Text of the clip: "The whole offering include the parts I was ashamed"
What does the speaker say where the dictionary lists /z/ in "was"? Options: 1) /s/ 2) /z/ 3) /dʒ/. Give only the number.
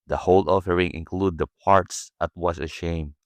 1